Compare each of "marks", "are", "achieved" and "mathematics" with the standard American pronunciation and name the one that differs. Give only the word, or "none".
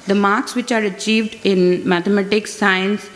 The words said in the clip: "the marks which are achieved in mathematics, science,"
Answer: mathematics